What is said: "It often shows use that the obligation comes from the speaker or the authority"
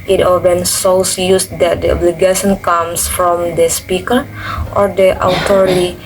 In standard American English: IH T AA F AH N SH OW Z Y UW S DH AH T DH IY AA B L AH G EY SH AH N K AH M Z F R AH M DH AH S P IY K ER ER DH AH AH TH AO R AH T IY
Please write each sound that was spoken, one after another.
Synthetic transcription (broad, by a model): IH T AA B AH N S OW S Y UW S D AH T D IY AA B L AH G EY SH AH N K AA M S F R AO M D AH S P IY K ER ER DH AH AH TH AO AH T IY